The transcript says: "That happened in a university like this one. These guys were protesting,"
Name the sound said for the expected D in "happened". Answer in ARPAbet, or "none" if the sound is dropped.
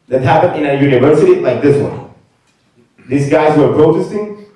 none